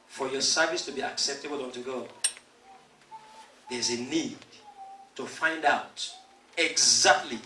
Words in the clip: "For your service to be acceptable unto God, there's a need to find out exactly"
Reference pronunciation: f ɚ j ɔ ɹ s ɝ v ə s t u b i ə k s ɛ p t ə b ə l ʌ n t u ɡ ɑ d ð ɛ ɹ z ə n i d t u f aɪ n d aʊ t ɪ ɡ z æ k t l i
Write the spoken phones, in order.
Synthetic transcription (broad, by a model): f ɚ j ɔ s ɝ v ə s t u b i ə k s ɛ p t ə b ə l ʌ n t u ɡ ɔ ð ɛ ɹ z ə n i d t u f aɪ n d aʊ t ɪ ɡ z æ k t l i